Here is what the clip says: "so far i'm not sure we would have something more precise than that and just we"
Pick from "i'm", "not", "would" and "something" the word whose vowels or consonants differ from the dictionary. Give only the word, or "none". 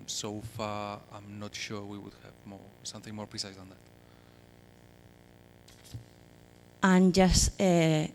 none